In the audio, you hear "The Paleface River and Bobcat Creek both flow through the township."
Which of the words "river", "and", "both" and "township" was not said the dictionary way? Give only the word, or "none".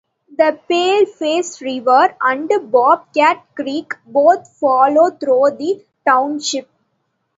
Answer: both